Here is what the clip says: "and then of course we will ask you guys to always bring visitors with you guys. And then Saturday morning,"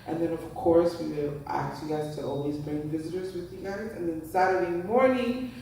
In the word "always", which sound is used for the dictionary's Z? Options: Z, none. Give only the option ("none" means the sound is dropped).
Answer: Z